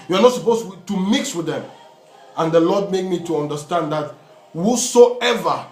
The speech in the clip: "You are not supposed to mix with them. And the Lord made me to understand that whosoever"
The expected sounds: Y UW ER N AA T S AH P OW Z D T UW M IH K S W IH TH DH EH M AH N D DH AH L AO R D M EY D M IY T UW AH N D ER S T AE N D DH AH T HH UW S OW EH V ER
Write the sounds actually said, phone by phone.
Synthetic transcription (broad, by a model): Y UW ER N AA T S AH P OW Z T UW M IH K S W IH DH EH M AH N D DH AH L AO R D M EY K M IY T UW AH N D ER S T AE N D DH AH T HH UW S OW EH V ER